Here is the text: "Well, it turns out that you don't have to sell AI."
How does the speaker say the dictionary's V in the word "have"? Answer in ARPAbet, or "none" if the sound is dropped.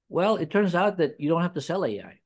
F